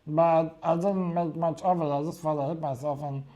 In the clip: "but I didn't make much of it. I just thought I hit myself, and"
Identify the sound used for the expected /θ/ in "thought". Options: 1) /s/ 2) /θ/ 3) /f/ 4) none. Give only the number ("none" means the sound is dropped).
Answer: 3